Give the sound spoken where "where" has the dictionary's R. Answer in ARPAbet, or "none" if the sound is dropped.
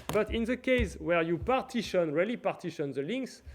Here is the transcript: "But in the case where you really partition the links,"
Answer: R